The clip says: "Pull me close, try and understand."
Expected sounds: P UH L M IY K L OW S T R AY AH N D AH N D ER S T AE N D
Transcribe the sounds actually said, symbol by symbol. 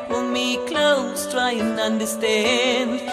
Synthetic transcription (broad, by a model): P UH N M IY K L OW S T R AY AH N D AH N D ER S T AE N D